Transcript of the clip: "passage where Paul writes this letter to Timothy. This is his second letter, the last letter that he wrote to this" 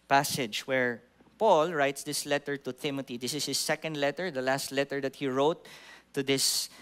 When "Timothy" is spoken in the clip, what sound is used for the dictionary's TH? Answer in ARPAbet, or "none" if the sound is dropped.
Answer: T